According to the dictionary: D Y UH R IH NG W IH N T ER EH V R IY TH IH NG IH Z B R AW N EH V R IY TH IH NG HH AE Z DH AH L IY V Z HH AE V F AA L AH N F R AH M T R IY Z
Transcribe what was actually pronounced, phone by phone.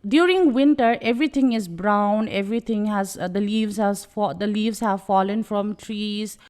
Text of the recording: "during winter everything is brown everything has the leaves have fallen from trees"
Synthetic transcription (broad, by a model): D Y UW R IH NG W IH N T ER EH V R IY T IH NG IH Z B R AW N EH V R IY T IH NG HH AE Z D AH L IY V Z HH AE V F AA L AH N F R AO M T R IY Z